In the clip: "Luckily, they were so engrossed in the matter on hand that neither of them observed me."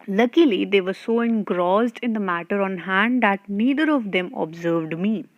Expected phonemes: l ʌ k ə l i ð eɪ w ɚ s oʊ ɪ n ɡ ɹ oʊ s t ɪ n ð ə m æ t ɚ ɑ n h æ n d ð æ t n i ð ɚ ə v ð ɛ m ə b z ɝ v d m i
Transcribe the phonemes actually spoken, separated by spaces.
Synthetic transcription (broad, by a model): l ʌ k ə l i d eɪ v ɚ s oʊ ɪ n ɡ ɹ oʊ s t ɪ n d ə m æ t ɚ ɑ n h æ n d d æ t n i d ɚ ə v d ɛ m ə b z ɝ v d m i